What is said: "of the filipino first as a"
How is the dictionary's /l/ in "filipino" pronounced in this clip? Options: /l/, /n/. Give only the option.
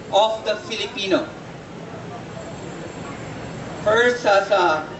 /l/